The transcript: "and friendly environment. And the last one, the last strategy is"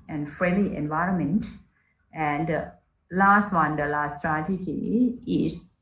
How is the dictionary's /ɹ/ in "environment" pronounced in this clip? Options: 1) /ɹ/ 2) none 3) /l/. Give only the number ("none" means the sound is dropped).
1